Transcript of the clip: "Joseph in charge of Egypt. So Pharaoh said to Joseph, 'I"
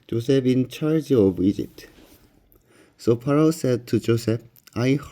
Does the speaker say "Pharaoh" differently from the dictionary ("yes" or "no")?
yes